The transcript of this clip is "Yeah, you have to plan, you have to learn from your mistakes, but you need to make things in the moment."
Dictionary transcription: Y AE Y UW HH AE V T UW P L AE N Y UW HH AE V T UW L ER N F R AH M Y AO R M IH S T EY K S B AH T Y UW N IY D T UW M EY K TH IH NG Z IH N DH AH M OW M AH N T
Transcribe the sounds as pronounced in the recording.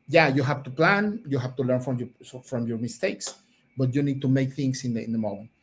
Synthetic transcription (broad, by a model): Y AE Y UW HH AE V T UW P L AE N Y UW HH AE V T UW L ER N F R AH M Y AO R M IH S T EY K S B AH T Y UW N IY D T UW M EY K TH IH NG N IH N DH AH M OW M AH N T